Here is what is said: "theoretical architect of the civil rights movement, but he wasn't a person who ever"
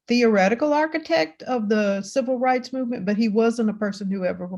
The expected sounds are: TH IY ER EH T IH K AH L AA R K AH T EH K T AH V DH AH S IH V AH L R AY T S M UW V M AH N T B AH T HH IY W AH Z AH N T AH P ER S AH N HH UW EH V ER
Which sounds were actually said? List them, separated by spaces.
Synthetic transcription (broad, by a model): TH IY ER EH T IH K L AA R K AH T EH K T AH V DH AH S IH V L R AY T S M UW V M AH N B AH T HH IY W AH Z AH N T AH P ER S AH N HH UW EH V ER